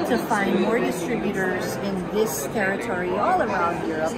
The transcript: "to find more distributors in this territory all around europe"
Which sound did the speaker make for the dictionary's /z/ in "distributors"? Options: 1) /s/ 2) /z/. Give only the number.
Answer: 2